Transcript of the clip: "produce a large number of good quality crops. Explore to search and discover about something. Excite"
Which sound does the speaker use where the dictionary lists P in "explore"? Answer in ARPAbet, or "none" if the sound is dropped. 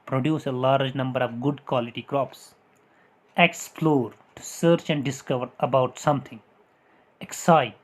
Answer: F